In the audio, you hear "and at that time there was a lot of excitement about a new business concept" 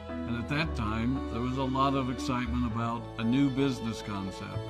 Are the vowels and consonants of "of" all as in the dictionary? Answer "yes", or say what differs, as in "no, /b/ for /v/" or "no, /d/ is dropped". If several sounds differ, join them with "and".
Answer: yes